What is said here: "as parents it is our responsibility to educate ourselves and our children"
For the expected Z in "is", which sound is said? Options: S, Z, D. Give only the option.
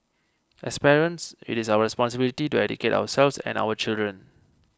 S